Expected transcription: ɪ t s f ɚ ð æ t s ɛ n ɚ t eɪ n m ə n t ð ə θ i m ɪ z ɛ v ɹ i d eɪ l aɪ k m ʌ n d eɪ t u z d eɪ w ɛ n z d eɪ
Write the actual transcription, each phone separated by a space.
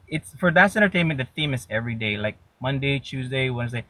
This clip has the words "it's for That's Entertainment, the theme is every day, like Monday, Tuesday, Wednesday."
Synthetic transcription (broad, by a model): ɪ t s f ɚ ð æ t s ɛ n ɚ t eɪ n m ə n ð ə θ i m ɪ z ɛ v ɹ i d eɪ l aɪ k m ʌ n d eɪ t u z d eɪ w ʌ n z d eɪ